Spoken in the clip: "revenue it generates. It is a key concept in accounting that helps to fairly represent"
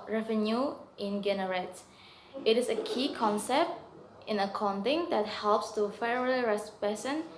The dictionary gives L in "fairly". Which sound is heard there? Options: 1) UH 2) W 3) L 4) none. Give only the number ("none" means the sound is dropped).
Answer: 4